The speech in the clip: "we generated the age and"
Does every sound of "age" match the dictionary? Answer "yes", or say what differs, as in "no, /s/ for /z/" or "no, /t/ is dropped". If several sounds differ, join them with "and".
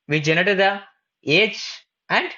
no, /tʃ/ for /dʒ/